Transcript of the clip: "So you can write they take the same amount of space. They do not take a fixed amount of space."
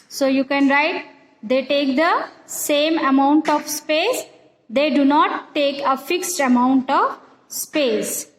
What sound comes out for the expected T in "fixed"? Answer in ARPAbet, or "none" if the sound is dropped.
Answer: T